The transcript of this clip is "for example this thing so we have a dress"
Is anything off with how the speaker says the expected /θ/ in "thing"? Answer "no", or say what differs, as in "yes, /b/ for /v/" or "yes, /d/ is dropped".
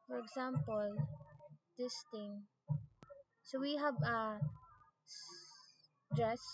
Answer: yes, /t/ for /θ/